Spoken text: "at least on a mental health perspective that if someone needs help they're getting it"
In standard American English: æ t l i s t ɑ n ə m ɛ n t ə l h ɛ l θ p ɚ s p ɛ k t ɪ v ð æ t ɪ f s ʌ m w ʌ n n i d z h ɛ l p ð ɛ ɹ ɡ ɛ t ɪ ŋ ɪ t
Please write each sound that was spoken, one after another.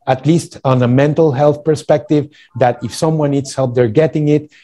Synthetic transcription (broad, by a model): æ t l i s t ɑ n ə m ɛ n t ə l h ɛ l θ p ɚ s p ɛ k t ɪ v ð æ t ɪ f s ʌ m w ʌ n n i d s h ɛ l p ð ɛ ɹ ɡ ɛ t ɪ ŋ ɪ t